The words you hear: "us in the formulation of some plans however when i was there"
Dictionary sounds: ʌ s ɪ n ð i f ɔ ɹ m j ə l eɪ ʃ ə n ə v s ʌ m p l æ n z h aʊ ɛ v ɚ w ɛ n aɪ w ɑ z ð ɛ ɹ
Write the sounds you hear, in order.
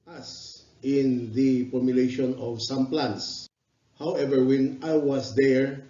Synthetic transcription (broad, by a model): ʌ s ɪ n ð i p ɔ m j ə l eɪ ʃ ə n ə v s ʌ m p l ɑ n s h aʊ ɛ v ɚ w ɛ n aɪ w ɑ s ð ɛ ɹ